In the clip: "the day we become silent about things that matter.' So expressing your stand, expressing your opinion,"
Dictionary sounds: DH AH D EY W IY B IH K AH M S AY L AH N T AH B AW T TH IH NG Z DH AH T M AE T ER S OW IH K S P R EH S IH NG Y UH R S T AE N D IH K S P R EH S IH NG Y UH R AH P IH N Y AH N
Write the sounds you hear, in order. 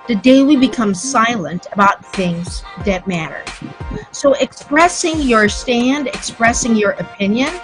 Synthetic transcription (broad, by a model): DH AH D EY W IY B IH K AH M S AY L AH N T AH B AW T TH IH NG Z DH AH T M AE T ER S OW IH K S P R EH S IH NG Y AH R S T AE N D IH K S P R EH S IH NG Y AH R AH P IH N Y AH N